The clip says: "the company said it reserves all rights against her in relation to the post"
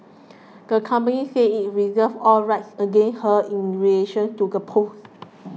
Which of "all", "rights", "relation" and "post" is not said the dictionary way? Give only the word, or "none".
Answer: post